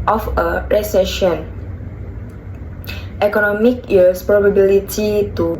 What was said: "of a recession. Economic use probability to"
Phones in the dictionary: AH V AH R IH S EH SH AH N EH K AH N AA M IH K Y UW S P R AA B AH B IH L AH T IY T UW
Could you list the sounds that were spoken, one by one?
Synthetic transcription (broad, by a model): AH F AH R IH S EH SH AH N EH K AH N AA M IH K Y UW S P R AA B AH B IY L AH T IY T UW